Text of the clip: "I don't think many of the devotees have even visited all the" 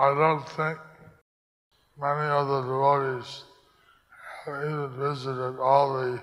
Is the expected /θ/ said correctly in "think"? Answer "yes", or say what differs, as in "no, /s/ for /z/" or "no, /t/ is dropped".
yes